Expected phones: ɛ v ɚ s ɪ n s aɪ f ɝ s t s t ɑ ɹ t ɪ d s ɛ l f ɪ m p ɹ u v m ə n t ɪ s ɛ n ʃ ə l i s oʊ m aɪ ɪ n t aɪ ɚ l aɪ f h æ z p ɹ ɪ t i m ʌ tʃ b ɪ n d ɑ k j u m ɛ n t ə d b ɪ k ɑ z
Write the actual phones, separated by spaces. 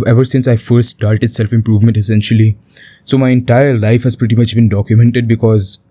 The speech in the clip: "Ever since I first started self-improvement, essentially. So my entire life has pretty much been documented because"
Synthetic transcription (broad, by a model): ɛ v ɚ s ɪ n s aɪ f ɝ s t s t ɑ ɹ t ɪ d s ɛ l f ɪ m p ɹ u v m ə n t ɪ s ɛ n ʃ ə l i s oʊ m aɪ ɪ n t aɪ ɚ l aɪ f h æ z p ɹ ɪ t i m ʌ tʃ b ɪ n d ɑ k j u m ɛ n t ə d b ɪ k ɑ z